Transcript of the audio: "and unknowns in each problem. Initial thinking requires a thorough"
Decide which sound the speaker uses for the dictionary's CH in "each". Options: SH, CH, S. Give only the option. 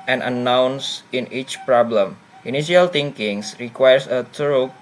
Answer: CH